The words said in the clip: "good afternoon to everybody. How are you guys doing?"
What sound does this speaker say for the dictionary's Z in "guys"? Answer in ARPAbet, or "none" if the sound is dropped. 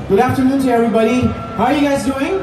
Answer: Z